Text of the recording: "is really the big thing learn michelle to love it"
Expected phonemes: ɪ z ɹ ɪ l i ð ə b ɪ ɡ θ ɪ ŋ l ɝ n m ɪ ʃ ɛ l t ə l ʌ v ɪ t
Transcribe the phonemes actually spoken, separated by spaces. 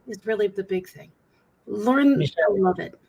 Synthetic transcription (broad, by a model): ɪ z ɹ ɪ l i ð ə b ɪ ɡ θ ɪ ŋ l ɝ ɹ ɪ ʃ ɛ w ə l ʌ v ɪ t